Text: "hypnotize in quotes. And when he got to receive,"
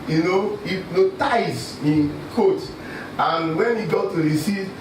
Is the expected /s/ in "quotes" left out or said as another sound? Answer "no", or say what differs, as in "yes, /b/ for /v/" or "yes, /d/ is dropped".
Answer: yes, /s/ is dropped